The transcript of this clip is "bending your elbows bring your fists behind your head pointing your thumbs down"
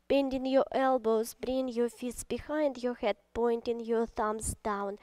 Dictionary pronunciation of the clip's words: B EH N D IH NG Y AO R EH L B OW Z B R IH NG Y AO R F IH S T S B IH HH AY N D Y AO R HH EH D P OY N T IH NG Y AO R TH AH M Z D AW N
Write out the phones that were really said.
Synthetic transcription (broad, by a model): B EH N D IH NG Y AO R EH L B OW Z B R IH NG Y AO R F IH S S B IH HH AY N D Y AO R HH EH D P OY N T IH NG Y AO R TH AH M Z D AW N